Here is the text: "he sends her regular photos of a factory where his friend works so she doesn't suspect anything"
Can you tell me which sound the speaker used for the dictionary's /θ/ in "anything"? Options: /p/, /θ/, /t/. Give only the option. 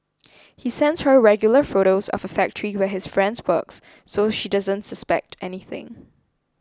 /θ/